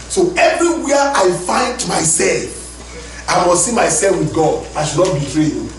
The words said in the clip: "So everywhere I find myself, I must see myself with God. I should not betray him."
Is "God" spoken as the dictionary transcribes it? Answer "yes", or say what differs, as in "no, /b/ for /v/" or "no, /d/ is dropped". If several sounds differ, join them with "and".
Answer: yes